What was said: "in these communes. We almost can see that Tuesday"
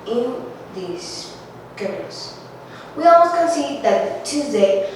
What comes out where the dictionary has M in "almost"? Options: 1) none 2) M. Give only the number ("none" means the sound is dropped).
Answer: 1